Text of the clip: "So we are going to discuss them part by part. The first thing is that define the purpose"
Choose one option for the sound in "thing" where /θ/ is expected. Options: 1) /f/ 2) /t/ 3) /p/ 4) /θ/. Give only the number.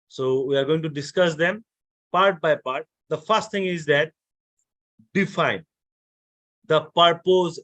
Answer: 2